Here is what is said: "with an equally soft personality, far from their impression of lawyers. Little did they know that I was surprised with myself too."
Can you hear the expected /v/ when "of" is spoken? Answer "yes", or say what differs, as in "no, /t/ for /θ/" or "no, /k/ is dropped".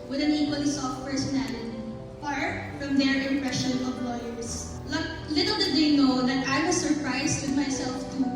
no, /p/ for /v/